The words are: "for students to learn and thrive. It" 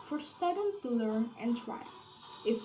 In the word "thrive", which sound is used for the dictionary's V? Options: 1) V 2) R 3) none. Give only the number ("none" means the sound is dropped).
3